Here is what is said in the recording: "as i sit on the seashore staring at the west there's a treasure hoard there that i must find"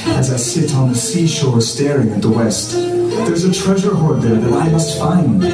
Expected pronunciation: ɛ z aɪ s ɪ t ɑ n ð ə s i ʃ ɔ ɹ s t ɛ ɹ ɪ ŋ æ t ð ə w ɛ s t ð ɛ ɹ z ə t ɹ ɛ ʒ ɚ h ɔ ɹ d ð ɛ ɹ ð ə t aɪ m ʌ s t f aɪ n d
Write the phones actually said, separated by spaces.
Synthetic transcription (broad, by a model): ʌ z aɪ s ɪ t n ð ə s i ʃ ɔ ɹ s t ɛ ɹ ɪ ŋ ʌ t ð ə w ɛ s t ð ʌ ɹ z ə t ɹ ɛ ʒ ɚ h ɔ ɹ d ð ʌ ɹ ð ə t aɪ m ʌ s t f aɪ n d